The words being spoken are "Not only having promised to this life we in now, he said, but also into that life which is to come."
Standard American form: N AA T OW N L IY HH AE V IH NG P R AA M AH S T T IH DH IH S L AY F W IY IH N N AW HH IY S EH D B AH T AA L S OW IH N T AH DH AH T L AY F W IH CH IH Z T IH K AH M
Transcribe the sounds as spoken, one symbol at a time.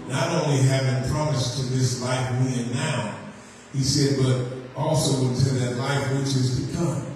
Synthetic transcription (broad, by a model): N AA T OW N L IY HH AE V IH NG P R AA M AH S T T IH DH IH S L AY F W IY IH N N AW HH IY S EH D B AH T AA L S OW IH N T AH DH AH T L AY F W IH CH IH Z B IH K AH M